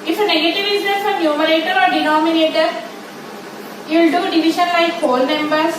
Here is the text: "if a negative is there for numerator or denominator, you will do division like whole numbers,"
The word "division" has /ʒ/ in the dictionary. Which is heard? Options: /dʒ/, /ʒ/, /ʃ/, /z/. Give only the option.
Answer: /ʃ/